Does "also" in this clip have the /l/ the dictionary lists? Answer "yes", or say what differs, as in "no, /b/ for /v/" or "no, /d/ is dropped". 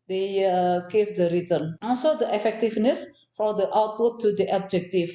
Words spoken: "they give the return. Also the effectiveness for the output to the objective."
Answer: no, /n/ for /l/